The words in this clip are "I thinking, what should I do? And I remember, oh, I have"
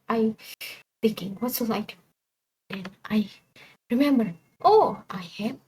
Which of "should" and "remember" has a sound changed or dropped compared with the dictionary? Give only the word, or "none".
should